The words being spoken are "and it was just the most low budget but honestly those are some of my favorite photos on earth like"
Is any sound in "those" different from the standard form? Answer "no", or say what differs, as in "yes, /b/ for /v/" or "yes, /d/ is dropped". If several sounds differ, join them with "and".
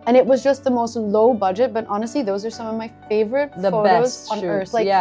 no